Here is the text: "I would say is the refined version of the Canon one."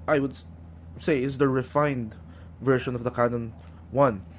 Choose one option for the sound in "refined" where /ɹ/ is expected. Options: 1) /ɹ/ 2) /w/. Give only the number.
1